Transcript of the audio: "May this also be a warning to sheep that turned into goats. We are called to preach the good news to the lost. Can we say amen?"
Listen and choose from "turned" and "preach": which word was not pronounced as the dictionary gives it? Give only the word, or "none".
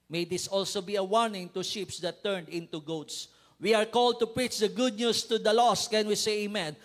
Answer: none